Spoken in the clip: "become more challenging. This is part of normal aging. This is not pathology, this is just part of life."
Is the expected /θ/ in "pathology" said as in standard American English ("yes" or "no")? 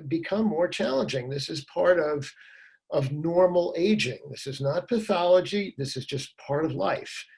yes